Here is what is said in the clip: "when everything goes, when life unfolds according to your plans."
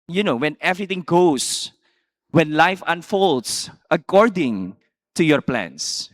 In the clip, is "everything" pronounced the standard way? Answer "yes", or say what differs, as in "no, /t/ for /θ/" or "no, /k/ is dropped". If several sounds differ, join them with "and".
no, /t/ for /θ/